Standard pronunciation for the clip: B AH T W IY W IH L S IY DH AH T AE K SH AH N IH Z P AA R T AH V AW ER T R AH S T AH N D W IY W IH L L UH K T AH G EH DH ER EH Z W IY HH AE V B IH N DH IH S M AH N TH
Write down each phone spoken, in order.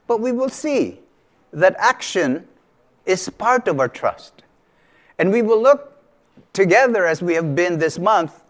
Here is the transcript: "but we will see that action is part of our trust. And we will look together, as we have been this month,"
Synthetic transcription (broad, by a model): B AH T W IY W IH L S IY DH AH T AE K SH AH N IH Z P AA R T AH V AW ER T R AH S T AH N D W IY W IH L L UH K T AH G EH DH ER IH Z W IY HH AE V B IH N DH IH S M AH N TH